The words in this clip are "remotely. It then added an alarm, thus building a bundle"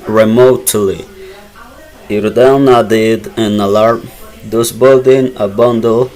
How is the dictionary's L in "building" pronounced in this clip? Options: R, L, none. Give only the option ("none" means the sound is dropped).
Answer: none